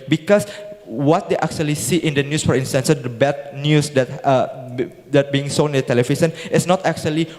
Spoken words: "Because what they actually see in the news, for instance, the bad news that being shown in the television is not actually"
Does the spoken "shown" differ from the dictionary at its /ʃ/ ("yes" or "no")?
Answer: yes